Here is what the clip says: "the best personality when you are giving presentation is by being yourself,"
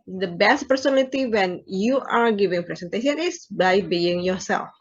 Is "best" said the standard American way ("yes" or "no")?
yes